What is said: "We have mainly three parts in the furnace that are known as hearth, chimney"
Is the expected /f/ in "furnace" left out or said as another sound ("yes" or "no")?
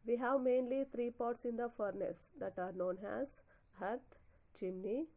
no